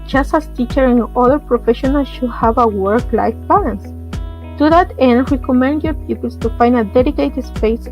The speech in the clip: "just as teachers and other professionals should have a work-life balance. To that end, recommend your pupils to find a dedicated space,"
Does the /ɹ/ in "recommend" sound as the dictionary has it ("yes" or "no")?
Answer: no